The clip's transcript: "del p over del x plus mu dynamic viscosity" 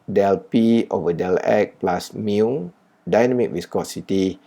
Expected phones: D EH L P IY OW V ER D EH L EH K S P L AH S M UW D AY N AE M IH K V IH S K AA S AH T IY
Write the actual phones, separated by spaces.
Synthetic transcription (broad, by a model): D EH L P IY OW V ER D EH L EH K P L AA S M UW D AY N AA M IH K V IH S K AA S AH T IY